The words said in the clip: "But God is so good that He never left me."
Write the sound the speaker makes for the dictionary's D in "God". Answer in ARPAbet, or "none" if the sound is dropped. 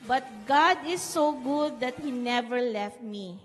D